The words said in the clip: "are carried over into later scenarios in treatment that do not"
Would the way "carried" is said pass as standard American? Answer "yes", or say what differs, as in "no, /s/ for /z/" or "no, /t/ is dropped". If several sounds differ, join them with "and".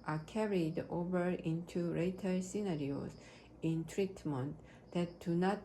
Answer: yes